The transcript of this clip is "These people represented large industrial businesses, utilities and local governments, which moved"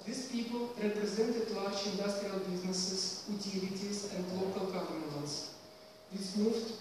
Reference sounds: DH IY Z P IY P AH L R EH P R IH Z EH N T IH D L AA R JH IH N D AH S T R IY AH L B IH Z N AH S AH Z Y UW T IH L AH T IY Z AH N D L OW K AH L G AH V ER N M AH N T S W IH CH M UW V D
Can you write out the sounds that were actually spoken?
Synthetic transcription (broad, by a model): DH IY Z P IY P AH L R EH P R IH Z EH N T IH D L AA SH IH N D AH S T R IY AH L B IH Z N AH S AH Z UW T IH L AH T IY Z AH N D L OW K AH L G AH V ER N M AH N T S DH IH S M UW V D